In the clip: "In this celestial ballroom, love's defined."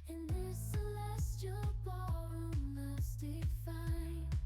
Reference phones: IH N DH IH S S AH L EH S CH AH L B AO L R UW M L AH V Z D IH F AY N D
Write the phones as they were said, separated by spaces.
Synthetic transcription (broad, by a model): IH N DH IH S S AH L EH S CH AH L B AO R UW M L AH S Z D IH F AY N